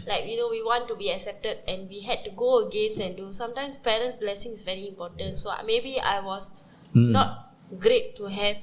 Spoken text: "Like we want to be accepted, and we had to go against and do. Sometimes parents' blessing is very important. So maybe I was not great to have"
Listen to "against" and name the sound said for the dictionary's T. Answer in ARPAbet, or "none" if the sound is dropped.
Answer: none